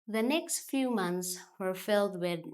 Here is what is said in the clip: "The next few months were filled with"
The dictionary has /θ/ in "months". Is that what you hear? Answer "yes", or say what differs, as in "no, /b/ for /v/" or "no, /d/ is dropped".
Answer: yes